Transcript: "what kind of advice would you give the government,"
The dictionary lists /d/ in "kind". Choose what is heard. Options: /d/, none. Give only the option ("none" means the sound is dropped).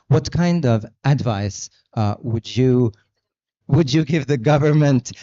/d/